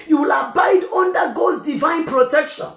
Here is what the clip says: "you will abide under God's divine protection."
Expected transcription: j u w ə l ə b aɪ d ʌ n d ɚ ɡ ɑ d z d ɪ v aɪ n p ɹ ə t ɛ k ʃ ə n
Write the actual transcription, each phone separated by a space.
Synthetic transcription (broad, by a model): j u w ə l ə b aɪ d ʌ n d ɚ ɡ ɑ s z d ɪ v aɪ n p ɹ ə t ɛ k ʃ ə n